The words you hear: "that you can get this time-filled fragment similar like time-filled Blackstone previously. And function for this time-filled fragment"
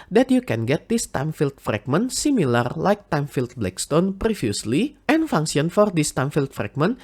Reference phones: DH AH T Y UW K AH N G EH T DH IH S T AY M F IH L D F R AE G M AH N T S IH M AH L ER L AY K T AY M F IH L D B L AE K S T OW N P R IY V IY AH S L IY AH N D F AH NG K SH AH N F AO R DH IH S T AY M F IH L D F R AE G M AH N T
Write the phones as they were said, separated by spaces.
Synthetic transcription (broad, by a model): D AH T Y UW K AH N G EH T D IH S T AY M F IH L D F R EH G M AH N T S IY M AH L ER L AY K T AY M F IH L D B L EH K S T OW N P R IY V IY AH S L IY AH N F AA NG K S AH N F AO R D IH S T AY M F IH L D F R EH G M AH N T